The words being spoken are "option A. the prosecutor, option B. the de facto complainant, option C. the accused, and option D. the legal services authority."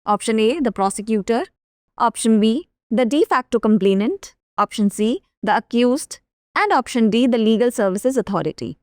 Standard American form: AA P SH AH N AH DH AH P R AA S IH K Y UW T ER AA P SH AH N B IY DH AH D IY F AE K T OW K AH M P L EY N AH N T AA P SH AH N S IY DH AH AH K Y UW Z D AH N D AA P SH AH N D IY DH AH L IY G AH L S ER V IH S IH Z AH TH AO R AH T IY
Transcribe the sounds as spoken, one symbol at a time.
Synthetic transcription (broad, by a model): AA P SH AH N AH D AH P R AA S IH K Y UW T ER AA P SH AH N B IY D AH D IY F AE K T OW K AH M P L EY N AH N T AA P SH AH N S IY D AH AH K Y UW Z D AH N D AA P SH AH N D IY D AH L IY G AH L S ER V IH S IH Z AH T AO R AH T IY